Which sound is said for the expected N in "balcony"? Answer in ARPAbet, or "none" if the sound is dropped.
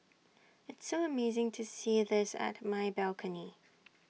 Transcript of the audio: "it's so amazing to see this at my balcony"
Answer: N